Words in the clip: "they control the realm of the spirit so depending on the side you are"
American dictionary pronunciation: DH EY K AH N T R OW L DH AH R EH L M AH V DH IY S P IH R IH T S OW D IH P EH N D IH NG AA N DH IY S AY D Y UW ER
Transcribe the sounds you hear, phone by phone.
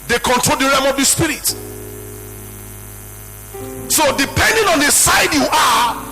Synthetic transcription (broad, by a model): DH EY K AH N T R OW L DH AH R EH M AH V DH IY S P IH R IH T S OW D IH P EH N D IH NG AA N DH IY S AY D Y UW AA